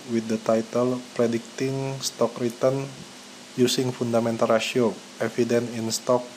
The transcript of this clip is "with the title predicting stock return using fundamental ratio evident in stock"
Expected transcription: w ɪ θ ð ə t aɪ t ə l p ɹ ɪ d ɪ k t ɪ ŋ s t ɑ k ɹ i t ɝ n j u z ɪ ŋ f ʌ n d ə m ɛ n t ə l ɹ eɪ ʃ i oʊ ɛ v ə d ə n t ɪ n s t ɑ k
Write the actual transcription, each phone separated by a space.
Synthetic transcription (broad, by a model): w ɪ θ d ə t aɪ t ə l p ɹ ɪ d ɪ k t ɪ ŋ s t ɑ k ɹ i t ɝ n j u s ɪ ŋ f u n d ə m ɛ n t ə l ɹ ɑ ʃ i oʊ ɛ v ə d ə n ɪ n s t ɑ k